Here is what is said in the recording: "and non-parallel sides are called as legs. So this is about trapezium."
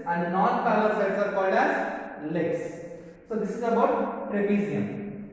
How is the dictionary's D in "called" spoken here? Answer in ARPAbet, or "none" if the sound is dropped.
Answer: D